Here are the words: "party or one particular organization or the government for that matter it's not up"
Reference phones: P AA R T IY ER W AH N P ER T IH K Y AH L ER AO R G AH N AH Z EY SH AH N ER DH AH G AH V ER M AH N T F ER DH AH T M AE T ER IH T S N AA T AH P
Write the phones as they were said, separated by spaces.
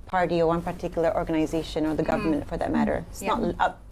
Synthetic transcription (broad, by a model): P AA R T IY ER W AH N P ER T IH K Y L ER AO R G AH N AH Z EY SH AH N ER DH AH G AH V ER M AH N T F ER DH AH T M AE T ER IH T S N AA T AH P